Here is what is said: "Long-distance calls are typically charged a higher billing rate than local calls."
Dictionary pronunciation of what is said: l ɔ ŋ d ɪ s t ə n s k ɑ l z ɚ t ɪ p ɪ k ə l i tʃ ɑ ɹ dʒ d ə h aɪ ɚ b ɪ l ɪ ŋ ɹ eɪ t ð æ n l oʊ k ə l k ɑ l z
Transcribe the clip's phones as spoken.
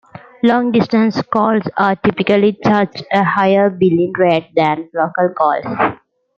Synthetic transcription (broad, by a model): l ɔ ŋ d ɪ s t ə n s k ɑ l s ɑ t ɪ p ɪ k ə l i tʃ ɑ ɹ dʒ ə h aɪ ɚ b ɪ l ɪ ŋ ɹ eɪ t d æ n l oʊ k ə l k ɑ l s